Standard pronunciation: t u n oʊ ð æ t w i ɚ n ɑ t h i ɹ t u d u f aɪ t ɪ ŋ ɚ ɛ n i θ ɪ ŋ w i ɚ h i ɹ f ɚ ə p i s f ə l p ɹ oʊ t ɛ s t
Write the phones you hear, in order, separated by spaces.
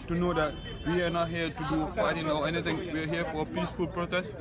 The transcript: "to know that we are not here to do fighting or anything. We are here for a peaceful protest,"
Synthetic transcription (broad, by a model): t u n oʊ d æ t w i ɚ n ɑ t h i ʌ t u d u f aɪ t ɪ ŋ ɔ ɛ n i t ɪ ŋ w i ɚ h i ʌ f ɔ ə p i s f ə l p ɹ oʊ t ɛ s